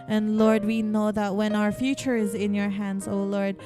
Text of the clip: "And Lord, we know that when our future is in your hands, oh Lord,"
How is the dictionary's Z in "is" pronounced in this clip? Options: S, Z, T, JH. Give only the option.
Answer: Z